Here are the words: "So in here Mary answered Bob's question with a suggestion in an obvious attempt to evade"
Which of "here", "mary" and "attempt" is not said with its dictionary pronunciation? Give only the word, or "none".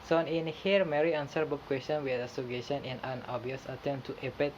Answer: attempt